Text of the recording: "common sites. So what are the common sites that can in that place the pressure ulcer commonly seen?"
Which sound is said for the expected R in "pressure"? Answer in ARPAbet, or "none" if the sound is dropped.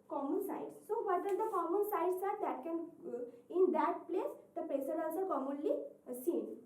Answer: none